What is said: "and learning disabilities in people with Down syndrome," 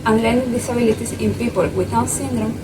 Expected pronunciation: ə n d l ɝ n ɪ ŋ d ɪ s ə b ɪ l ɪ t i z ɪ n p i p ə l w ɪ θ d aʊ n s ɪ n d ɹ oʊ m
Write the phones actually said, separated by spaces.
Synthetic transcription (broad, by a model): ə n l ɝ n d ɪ s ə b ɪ l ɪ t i s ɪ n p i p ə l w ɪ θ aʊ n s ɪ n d ɹ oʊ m